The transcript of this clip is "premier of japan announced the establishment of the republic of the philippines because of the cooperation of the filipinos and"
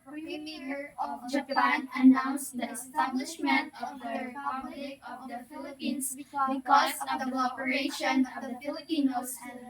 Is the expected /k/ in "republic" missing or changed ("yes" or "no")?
yes